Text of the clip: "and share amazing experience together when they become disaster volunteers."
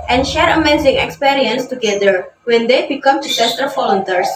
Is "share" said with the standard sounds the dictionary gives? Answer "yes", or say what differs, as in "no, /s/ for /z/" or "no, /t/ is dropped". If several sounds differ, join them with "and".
yes